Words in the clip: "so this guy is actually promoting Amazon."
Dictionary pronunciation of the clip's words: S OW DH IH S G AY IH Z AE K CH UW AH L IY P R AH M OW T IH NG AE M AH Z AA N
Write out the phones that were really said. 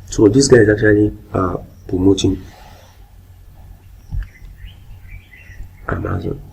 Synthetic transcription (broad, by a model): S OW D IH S G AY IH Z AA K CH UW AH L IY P AH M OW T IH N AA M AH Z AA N